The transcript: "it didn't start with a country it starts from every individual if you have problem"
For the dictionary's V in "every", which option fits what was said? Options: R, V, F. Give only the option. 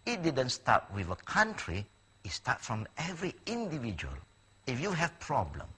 V